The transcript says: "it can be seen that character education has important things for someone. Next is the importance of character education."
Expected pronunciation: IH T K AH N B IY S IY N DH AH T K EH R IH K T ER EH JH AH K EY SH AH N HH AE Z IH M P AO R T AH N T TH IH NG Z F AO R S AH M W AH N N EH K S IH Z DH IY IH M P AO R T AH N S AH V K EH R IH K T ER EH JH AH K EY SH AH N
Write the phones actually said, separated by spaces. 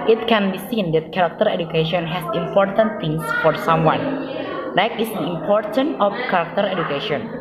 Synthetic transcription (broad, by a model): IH T K AH N B IY S IY N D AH T K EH R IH K T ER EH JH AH K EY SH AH N HH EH S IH M P AO R T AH N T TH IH NG S F AO R S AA M W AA N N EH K IH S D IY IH M P AO R T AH N AH F K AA R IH K T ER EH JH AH K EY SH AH N